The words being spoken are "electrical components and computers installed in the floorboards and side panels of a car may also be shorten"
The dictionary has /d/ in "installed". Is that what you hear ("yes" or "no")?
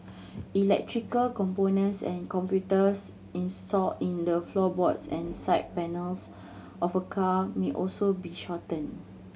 no